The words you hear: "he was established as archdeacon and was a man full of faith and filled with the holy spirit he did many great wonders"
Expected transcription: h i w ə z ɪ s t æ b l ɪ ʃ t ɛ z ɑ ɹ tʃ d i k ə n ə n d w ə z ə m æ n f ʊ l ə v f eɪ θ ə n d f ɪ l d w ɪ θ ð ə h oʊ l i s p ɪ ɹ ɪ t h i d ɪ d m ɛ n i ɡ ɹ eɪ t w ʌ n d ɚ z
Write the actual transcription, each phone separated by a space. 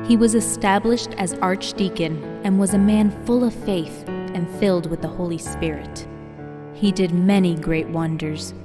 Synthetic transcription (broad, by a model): h i w ə z ɪ s t æ b l ɪ ʃ t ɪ z ɑ ɹ tʃ d i k ə n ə n w ə z ə m æ n f ʊ l ə v f eɪ θ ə n f ɪ l d w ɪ ð ə h oʊ l i s p ɪ ɹ ɪ t h i d ɪ d m ɛ n i ɡ ɹ eɪ t w ʌ n d ɚ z